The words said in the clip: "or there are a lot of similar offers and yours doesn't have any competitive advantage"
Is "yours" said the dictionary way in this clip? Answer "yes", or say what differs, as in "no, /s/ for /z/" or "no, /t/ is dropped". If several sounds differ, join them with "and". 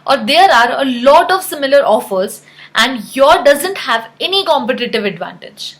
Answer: no, /z/ is dropped